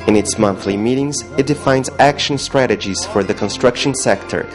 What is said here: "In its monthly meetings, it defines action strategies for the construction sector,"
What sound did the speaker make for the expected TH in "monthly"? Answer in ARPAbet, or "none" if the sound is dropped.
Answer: TH